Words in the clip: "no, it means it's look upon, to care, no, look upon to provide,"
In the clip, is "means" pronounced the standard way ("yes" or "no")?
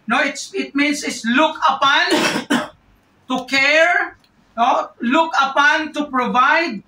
no